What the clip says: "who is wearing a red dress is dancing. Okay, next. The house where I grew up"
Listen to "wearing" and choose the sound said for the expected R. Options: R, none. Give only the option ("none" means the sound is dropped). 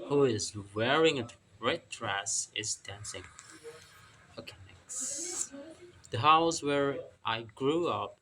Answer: R